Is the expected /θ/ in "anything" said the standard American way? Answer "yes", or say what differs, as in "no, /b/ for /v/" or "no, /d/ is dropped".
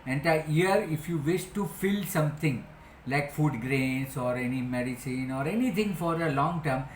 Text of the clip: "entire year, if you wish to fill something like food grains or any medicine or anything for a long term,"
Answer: no, /t/ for /θ/